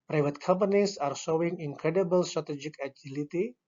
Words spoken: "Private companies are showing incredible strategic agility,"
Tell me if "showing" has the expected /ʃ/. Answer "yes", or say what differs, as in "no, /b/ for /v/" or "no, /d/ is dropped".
no, /s/ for /ʃ/